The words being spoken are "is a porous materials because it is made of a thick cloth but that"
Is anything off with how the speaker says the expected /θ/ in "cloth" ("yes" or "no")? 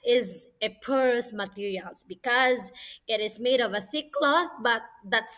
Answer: no